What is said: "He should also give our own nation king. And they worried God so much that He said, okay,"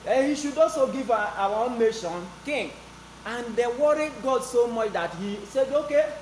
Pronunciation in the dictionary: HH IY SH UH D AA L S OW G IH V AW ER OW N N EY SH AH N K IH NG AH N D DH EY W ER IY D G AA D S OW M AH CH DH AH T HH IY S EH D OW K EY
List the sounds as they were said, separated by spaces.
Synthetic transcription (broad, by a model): HH IY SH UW D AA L S OW G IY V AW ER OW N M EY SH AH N K IH NG AH N D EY W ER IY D G AA D S OW M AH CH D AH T HH IY S EH D OW K EY